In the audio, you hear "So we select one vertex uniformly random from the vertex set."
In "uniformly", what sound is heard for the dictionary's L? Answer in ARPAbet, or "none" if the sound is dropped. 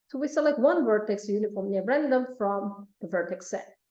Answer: N